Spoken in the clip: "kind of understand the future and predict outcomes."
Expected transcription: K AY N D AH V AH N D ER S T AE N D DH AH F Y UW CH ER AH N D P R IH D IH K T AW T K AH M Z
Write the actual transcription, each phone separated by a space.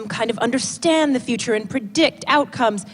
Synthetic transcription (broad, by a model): K AY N D AH V AH N D ER S T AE N DH AH F Y UW CH ER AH N P R IH D IH K T AW T K AH M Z